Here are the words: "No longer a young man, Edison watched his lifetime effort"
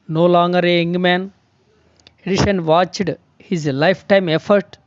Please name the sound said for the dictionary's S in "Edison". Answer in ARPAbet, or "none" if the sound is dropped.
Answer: SH